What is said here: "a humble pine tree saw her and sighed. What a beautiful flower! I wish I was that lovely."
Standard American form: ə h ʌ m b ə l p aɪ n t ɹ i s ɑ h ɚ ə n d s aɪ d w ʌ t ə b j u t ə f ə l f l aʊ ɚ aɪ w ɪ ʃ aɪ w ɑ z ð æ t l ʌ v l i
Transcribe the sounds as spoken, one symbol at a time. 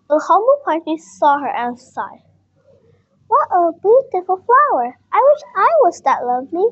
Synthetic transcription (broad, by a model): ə h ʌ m b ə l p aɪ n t i s ɑ h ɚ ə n s aɪ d w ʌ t ə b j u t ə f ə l f l aʊ ɚ aɪ w ɪ ʃ aɪ w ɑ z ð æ t l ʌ v l i